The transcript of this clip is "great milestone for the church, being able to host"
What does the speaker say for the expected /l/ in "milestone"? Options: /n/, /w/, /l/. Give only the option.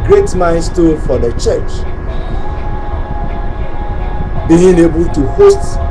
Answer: /n/